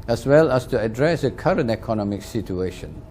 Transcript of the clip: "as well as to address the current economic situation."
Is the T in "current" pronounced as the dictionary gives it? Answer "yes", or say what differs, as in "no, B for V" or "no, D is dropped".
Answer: yes